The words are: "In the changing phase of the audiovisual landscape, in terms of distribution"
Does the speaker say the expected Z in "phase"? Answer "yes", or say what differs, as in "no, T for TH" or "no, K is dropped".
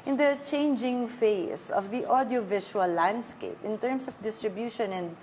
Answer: no, S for Z